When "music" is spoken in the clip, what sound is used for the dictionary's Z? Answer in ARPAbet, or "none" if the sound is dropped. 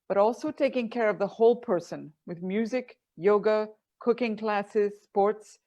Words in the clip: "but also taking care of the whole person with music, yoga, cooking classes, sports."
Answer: Z